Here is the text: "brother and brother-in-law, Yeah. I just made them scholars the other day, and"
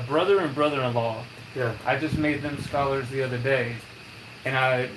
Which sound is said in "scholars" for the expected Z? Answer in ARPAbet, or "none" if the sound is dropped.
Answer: Z